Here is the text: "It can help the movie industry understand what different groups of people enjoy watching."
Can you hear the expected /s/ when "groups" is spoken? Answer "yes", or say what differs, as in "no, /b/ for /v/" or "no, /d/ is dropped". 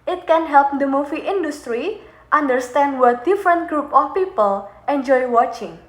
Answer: no, /s/ is dropped